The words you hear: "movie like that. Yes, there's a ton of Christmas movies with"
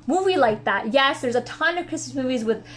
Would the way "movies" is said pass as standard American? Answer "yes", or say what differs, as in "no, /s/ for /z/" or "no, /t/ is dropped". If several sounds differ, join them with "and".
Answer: yes